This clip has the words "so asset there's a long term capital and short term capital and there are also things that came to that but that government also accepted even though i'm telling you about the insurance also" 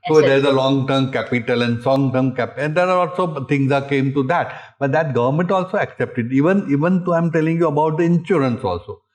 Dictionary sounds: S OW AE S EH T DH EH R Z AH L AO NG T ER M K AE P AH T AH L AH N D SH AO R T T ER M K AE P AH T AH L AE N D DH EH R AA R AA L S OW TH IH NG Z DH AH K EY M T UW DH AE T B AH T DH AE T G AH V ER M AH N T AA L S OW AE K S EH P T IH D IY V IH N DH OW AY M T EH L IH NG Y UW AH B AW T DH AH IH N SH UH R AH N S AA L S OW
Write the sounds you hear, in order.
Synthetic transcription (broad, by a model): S OW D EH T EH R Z AH L AO NG T ER M K AE P AH T AH L AH N D S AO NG T ER M K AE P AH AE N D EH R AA L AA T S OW T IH NG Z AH K EY M T UW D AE T B AH T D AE T G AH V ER M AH N T AA L S OW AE K S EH P T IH D IY V IH N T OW AY M T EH L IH NG Y UW AH B AW T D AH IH N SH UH R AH N S AA L S OW